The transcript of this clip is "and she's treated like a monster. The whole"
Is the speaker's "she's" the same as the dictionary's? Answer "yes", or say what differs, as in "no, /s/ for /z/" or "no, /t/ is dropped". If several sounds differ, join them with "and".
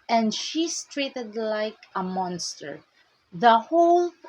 no, /s/ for /z/